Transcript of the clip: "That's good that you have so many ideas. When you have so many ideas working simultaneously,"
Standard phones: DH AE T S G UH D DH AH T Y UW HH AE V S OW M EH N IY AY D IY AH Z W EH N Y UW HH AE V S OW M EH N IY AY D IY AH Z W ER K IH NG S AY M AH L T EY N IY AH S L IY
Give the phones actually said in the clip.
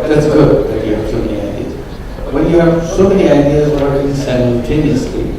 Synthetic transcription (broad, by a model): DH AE T S G UH D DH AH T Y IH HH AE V S OW M EH N IY AY D IY AH Z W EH N Y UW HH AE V S OW M EH N IY AY D IY AH Z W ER IH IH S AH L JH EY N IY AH S L IY